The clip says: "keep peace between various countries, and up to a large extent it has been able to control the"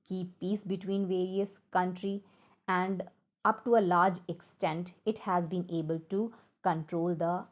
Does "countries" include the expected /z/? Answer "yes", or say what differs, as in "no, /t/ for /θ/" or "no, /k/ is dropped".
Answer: no, /z/ is dropped